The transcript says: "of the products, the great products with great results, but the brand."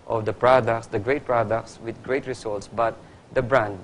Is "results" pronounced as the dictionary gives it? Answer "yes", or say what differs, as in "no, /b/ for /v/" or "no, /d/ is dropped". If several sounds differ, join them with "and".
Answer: no, /s/ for /z/